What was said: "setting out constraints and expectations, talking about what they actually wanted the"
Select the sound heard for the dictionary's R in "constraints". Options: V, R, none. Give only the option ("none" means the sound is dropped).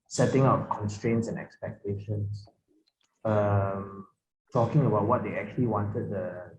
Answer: R